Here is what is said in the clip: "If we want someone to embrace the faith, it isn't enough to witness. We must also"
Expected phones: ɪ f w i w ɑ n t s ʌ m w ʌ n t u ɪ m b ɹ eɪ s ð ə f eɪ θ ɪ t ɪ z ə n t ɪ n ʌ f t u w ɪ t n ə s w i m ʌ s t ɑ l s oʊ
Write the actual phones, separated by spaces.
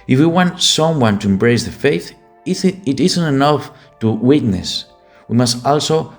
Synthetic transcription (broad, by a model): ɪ f w i w ɑ n t s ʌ m w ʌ n t u ɪ m b ɹ eɪ s ð ə f eɪ θ ɪ t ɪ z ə n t ɪ n ʌ f t u w ɪ t n ə s w i m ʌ s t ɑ l s oʊ